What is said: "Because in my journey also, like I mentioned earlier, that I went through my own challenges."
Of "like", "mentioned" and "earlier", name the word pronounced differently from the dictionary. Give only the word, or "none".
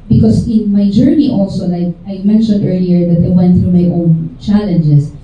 none